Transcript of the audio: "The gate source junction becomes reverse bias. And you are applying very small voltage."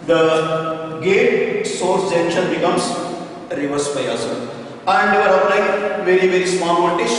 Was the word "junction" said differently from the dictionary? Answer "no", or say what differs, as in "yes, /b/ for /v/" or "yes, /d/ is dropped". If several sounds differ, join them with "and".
yes, /ŋ/ is dropped